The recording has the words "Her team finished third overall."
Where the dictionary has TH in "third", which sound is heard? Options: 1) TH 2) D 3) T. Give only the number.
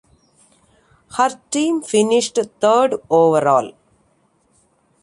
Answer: 3